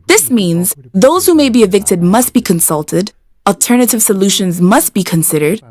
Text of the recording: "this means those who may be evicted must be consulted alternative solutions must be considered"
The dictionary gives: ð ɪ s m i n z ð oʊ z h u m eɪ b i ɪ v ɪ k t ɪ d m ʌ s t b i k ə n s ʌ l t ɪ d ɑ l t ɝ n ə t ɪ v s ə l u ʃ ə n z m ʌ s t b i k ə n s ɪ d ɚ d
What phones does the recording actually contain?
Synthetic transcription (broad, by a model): ð ɪ s m i n z ð oʊ z h u m eɪ b i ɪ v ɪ k t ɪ d m ʌ s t b i k ə n s ʌ l t ɪ d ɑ l t ɝ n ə t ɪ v s ə l u ʃ ə n z m ʌ s t b i k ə n s ɪ d ɚ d